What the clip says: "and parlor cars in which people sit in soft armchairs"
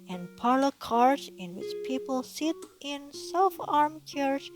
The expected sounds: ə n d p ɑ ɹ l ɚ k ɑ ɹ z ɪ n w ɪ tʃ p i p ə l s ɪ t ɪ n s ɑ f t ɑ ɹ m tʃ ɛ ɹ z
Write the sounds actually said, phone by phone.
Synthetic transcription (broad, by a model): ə n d p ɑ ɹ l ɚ k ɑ ɹ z ɪ n w ɪ tʃ p i p ə l s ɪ t ɪ n s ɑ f ɑ ɹ m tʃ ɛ ɹ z